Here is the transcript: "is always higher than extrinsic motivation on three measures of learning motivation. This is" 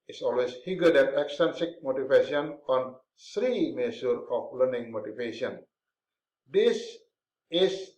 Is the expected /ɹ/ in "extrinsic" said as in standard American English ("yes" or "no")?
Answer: no